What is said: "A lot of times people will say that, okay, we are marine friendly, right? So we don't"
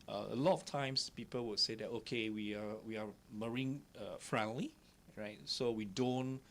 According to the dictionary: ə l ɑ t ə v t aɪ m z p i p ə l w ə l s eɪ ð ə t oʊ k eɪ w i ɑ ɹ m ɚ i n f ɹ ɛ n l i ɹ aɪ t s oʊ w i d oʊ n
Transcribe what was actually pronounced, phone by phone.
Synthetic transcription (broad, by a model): ə l ɑ t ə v t aɪ m s p i p ə l w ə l s eɪ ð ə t oʊ k eɪ w i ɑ w m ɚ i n f ɹ ɛ n l i ɹ aɪ t s oʊ w i d oʊ n